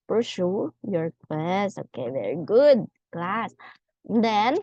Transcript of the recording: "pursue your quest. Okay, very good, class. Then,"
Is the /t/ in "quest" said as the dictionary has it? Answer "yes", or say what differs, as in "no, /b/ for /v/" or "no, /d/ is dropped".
no, /t/ is dropped